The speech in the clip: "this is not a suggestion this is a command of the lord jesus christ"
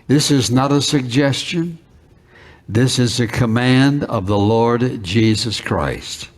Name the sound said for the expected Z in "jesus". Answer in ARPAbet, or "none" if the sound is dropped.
Z